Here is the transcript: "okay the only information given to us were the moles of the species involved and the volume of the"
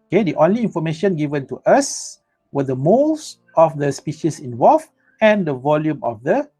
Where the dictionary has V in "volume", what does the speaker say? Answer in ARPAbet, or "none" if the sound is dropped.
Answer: V